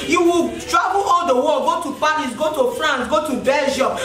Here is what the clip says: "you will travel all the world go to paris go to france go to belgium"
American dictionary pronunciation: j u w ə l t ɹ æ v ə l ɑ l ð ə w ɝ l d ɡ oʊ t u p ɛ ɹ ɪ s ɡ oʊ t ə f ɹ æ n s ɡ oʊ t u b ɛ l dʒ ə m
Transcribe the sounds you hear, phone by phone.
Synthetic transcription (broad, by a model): j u w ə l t ɹ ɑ b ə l ɑ l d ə w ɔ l ɡ oʊ t u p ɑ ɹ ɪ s ɡ oʊ t ə f ɹ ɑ n s ɡ oʊ t u b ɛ l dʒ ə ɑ